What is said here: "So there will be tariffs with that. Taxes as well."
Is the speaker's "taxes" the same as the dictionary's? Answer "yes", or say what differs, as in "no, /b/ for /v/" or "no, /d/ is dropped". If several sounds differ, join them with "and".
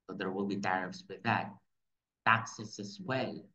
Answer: no, /s/ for /z/